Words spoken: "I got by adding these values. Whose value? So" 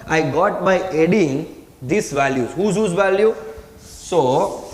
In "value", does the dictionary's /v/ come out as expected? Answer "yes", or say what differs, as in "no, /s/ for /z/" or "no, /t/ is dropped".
yes